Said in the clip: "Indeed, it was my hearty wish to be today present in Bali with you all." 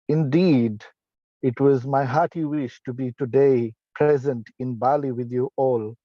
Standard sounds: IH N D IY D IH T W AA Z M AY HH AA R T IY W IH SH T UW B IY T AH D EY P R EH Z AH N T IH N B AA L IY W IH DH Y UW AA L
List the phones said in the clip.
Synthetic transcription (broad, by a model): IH N D IY D IH T W AA Z M AY HH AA T IY W IH SH T UW B IY T AH D EY P R EH Z AH N T IH N B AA L IY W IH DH Y UW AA L